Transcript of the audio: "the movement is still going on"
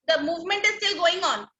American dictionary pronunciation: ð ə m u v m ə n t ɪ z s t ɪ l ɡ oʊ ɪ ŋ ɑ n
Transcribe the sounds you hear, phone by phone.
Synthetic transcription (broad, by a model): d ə m u v m ə n t ɪ z s t ɪ l ɡ oʊ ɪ ŋ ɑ n